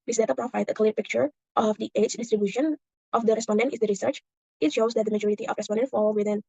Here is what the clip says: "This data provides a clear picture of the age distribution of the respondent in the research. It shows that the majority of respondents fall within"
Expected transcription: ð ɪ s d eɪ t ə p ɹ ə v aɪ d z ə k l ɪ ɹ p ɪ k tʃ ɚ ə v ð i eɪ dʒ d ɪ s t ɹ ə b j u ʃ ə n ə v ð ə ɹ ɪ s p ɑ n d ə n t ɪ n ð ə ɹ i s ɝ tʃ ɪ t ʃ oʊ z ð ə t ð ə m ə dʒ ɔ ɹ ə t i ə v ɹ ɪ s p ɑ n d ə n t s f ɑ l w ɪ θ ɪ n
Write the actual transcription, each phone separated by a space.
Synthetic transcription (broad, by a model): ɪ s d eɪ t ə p ɹ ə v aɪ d ə k l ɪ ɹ p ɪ k tʃ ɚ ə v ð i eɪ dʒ d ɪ s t ɹ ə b j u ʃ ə n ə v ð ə ɹ ɪ s p ɑ n d ə n t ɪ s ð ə ɹ i s ɝ tʃ ɪ t ʃ oʊ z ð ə t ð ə m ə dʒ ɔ ɹ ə t i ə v ɹ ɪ s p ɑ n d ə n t f ɑ l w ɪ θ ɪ n